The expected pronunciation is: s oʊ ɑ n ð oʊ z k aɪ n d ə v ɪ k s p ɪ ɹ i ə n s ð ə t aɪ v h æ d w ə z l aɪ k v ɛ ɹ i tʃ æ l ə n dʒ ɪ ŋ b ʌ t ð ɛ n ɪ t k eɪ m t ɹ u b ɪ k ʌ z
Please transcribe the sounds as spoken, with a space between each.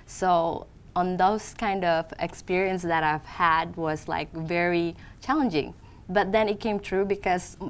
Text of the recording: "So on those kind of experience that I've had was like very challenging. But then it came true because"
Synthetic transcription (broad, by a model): s oʊ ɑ n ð oʊ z k aɪ n d ə v ɪ k s p ɪ ɹ i ə n s ð ə t aɪ v h æ d w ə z l aɪ k v ɛ ɹ i tʃ æ l ə n dʒ ɪ ŋ b ʌ t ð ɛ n ɪ t k eɪ m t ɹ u b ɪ k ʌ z